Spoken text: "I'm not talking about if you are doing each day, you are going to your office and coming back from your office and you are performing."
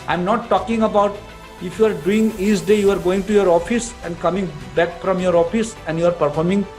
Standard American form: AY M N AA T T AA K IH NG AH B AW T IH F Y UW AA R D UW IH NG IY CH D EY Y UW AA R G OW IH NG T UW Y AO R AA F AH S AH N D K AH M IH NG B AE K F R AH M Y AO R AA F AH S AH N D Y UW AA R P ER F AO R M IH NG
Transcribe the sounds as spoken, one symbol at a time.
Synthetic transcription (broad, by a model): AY M N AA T T AA K IH NG AH B AW T IH F Y UW AA R D UW IH NG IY S D EY Y UW AA R G OW IH NG T UW Y AO R AA F AH S AH N D K AH M IH NG B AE K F R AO M Y AO R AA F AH S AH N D Y UW AA R P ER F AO R M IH NG